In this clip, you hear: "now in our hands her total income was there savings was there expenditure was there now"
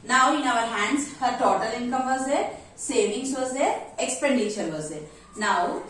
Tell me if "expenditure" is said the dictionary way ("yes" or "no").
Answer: no